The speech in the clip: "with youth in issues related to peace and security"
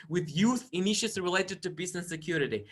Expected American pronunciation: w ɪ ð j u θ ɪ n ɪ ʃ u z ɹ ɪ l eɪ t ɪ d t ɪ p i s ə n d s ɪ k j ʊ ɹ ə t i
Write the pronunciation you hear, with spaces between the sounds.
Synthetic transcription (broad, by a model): w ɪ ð j u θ ɪ n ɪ ʃ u s ɹ ɪ l eɪ t ɪ d t ɪ b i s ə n s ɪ k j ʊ ɹ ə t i